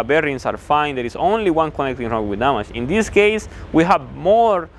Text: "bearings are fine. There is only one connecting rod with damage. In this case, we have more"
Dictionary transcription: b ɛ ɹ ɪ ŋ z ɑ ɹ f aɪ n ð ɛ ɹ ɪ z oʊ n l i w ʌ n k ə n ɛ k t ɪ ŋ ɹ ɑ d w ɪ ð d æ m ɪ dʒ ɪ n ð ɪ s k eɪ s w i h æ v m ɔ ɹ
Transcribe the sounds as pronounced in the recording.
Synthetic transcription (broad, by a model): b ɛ ɹ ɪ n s ɑ ɹ f aɪ n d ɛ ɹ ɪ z oʊ n l i w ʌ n k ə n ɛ k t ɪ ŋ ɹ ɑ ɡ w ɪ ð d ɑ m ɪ ʃ ɪ n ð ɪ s k eɪ s w i h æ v m ɔ ɹ